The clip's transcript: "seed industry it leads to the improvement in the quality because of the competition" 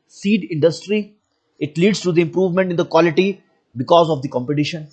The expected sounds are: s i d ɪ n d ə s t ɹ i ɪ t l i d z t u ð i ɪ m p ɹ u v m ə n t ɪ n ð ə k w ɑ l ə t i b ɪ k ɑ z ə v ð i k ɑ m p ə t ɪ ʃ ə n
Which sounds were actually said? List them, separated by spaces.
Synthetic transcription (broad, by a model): s i d ɪ n d ə s t ɹ i ɪ t l i d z t u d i ɪ m p ɹ u v m ə n t ɪ n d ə k w ɑ l ə t i b ɪ k ɑ z ə v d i k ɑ m p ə t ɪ ʃ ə n